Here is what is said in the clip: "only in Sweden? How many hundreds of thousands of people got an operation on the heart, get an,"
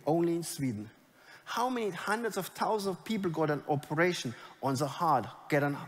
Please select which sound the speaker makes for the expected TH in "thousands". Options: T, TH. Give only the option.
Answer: T